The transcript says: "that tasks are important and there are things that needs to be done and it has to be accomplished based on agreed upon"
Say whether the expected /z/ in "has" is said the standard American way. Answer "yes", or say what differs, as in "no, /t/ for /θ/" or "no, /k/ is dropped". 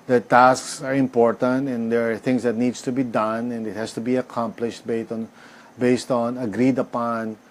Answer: no, /s/ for /z/